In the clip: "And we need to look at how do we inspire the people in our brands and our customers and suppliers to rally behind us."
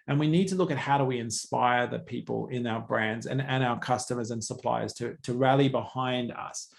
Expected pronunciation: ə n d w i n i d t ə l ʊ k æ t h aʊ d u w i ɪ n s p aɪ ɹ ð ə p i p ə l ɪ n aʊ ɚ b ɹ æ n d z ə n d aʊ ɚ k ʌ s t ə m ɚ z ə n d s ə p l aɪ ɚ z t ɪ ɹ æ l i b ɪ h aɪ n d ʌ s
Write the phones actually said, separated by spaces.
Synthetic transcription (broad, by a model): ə n w i n i d t ə l ʊ k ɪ t h aʊ d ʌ w i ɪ n s p aɪ ɹ ð ə p i p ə l ɪ n aʊ ɚ b ɹ æ n d z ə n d aʊ ɚ k ʌ s t ə m ɚ z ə n s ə p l aɪ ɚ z t ɪ ɹ æ l i b ɪ h aɪ n d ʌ s